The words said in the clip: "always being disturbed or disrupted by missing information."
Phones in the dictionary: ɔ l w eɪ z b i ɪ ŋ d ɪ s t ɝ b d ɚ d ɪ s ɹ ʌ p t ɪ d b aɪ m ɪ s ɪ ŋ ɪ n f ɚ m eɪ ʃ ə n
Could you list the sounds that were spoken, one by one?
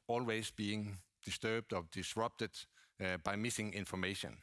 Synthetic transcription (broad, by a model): ɔ l w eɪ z b i ɪ ŋ d ɪ s t ɝ b d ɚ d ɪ s ɹ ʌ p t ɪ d b aɪ m ɪ s ɪ ŋ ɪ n f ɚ m eɪ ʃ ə n